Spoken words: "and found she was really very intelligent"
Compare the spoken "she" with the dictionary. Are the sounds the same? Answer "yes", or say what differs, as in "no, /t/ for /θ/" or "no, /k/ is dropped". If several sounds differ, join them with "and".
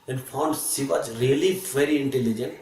no, /s/ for /ʃ/